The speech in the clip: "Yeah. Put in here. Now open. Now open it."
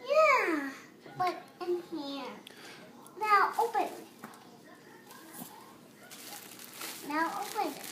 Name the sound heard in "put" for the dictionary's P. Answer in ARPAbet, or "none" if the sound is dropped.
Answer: B